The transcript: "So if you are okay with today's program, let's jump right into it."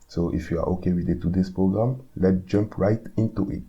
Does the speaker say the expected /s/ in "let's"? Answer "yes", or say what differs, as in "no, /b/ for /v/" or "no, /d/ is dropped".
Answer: no, /s/ is dropped